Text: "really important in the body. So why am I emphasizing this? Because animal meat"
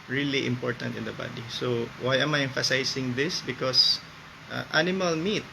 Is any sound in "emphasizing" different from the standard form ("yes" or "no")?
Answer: yes